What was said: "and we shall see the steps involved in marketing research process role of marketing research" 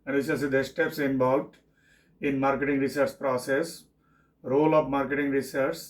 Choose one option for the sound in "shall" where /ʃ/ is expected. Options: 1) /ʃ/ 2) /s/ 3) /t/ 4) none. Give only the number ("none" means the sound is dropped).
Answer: 2